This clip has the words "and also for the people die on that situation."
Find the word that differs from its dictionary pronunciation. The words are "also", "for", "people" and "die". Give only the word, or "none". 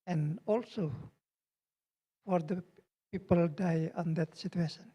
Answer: none